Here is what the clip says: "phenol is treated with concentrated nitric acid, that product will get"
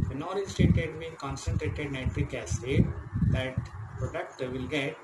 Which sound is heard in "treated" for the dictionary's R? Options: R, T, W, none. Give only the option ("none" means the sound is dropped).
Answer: none